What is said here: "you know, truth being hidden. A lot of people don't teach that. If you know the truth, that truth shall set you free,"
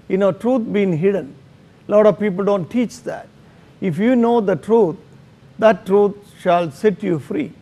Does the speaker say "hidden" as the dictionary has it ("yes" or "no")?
yes